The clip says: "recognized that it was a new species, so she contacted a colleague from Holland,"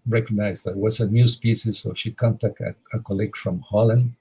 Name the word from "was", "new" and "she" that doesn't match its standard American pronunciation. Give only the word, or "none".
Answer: was